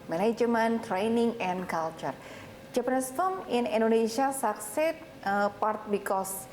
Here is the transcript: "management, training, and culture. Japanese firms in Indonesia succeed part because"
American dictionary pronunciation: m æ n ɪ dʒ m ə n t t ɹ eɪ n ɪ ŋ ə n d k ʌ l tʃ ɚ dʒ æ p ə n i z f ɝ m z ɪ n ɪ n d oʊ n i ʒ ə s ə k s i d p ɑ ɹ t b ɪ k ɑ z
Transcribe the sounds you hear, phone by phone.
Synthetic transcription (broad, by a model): m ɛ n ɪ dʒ m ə n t t ɹ eɪ n ɪ ŋ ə n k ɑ l tʃ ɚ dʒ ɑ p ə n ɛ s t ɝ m ɪ n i n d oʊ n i ʃ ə s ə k s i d p ɑ ɹ t b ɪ k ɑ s